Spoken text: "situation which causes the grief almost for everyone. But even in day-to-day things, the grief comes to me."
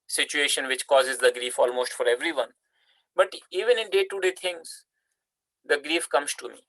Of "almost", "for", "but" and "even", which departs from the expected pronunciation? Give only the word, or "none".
none